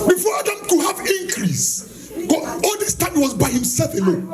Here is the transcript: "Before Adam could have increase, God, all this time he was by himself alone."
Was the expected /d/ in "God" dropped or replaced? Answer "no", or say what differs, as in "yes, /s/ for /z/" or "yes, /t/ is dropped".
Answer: yes, /d/ is dropped